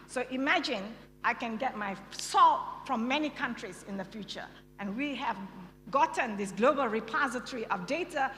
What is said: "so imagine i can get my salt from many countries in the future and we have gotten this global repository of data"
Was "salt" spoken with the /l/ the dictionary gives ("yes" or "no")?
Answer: yes